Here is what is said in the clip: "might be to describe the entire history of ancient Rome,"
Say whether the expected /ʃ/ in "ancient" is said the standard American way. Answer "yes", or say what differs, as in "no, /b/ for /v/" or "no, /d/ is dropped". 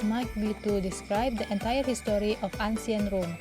no, /s/ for /ʃ/